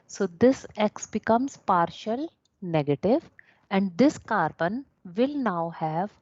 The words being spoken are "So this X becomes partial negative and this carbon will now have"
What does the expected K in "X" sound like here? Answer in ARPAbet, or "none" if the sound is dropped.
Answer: K